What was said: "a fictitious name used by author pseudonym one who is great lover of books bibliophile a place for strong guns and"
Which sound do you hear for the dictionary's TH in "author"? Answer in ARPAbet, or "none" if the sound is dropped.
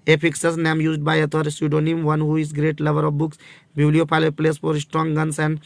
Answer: T